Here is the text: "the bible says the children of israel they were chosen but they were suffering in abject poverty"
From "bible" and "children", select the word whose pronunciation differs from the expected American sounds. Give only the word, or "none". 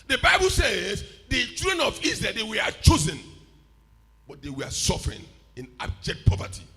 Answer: children